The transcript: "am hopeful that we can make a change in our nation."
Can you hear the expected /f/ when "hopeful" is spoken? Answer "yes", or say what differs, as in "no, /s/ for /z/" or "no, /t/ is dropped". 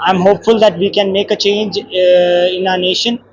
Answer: yes